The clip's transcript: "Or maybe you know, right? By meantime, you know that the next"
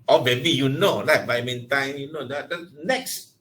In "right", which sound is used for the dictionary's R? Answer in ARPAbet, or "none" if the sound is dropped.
L